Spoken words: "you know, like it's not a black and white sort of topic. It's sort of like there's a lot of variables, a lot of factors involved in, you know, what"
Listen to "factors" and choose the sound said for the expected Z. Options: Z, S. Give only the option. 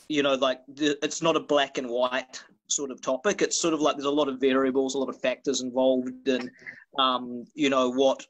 Z